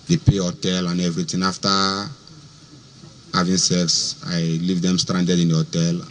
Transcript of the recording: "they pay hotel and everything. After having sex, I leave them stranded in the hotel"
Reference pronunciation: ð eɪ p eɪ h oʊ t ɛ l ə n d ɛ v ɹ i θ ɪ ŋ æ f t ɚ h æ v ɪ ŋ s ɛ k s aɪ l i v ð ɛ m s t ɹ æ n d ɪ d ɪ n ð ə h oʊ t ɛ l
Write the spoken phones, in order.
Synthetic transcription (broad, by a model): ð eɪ p eɪ h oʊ t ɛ l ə n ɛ v ɹ i t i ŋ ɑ f t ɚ h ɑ v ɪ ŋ s ɛ k s aɪ l i v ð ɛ m s t ɹ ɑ n d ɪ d ɪ n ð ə h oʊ t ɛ l